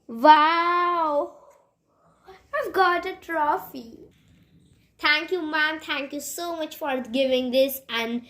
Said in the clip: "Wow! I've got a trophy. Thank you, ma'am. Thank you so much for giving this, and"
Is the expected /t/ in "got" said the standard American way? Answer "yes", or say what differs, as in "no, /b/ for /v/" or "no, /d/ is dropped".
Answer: yes